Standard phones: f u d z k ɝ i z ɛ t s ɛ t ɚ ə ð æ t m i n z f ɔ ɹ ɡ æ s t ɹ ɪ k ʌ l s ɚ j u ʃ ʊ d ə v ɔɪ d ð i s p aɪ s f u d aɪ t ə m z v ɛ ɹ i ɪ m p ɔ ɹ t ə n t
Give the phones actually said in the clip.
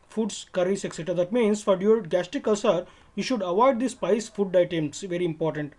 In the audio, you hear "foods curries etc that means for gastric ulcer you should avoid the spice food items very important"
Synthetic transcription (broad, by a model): f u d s k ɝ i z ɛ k s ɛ t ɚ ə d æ t m i n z f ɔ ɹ ɡ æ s t ɪ k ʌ s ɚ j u ʃ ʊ d ə v ɔɪ d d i s p aɪ s f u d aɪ t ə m s v ɛ ɹ i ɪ m p ɔ ɹ t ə n t